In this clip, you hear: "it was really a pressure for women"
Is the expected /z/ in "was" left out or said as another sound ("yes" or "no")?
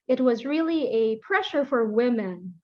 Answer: no